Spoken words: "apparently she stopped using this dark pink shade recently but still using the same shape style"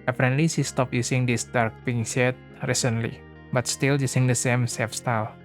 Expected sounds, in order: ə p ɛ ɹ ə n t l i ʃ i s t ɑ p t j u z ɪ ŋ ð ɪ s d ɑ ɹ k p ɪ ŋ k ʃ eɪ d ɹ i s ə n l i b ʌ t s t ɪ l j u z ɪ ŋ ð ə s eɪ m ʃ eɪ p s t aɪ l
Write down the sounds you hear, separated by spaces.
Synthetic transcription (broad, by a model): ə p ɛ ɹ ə n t l i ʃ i s t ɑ p j u s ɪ ŋ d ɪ s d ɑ ɹ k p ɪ ŋ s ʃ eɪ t ɹ i s ə n l i b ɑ t s t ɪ l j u s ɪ ŋ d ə s eɪ m s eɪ f s t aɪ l